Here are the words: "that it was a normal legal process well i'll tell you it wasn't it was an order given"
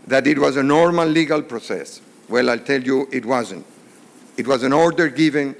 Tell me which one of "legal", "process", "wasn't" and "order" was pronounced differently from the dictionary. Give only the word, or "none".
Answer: none